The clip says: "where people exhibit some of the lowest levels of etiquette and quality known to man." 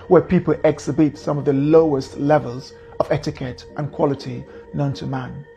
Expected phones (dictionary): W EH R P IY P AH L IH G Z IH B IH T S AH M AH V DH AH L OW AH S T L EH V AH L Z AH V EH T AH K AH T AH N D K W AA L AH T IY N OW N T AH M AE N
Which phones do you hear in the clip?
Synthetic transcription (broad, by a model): W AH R P IY P AH L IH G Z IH B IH T S AH M AH V DH AH L OW AH S T L EH V AH L Z AH V EH T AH K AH T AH N K W AA L AH T IY N OW N T AH M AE N